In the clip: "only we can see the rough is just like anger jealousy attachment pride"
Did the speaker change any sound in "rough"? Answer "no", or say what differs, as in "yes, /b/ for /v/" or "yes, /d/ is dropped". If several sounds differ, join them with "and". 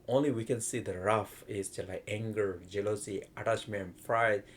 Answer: no